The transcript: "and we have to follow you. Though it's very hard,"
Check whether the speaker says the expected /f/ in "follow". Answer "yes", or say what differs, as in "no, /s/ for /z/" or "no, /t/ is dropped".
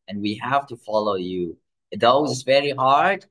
yes